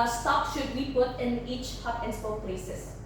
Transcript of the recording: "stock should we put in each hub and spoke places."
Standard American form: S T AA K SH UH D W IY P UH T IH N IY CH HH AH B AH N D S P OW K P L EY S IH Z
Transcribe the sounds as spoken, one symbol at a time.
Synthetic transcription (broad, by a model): S T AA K SH UH D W IY P UH T IH N IY CH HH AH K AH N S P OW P L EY S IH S